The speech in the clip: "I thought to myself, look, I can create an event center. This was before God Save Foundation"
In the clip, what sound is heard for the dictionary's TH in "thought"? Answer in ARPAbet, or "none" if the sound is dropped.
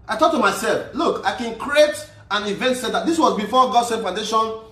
T